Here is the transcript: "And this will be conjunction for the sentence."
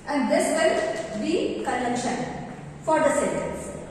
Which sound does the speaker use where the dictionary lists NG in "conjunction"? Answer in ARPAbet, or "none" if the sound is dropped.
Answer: none